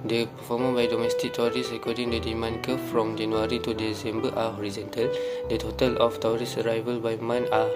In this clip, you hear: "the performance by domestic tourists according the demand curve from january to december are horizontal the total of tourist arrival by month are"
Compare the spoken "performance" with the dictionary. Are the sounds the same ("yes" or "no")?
no